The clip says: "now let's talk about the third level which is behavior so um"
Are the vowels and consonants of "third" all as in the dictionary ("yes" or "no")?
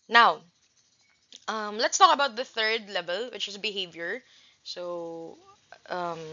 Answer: yes